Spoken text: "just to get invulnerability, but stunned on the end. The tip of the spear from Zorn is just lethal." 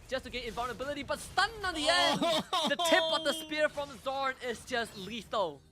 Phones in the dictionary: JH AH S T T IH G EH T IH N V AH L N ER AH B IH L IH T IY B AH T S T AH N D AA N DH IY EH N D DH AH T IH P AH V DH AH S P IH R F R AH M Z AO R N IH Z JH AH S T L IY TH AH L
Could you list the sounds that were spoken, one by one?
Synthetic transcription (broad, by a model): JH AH S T T IH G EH IH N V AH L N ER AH B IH L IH T IY B AH T S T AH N AH N DH IY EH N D DH AH T IH P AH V DH AH S P IH R F R AH M Z AO R N IH Z JH AH S T L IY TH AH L